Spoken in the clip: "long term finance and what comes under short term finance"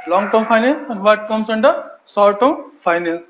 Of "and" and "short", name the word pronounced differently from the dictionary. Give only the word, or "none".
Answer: short